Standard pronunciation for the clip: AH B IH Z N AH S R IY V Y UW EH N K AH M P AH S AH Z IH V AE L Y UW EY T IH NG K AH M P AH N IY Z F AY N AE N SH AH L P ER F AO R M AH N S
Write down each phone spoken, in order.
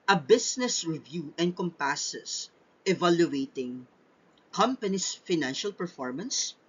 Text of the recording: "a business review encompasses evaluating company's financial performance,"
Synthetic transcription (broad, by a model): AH B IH S N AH S R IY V Y UW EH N K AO M P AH S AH S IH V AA L Y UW EY T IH NG K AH M P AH N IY S F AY N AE N SH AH L P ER F AO R M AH N S